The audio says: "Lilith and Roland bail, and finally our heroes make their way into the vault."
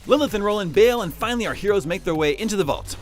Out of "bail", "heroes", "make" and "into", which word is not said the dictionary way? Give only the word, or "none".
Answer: none